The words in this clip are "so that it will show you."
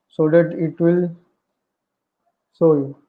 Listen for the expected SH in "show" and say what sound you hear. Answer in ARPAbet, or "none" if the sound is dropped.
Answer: S